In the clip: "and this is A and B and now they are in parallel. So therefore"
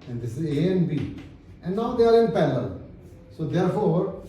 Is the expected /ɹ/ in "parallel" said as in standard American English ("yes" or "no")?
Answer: no